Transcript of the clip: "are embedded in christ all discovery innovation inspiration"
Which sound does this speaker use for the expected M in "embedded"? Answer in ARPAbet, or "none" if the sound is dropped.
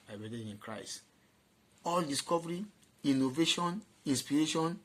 none